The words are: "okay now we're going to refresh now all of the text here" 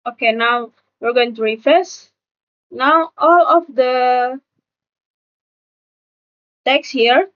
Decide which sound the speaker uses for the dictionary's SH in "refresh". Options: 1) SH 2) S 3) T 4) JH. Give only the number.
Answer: 2